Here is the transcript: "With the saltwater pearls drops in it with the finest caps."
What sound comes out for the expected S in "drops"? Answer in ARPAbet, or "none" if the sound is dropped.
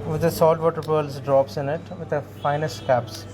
S